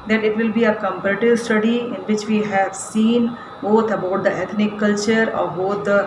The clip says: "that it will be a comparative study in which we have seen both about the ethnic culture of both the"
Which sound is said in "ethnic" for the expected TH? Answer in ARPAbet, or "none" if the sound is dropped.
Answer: T